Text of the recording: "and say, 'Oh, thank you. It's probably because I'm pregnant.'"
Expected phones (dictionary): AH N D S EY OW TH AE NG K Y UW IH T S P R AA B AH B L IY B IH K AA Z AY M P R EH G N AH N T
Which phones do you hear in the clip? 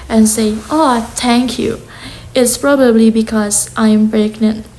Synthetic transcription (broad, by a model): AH N S EY OW T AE NG K Y UW IH T S P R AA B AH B L IY B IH K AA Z AY M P R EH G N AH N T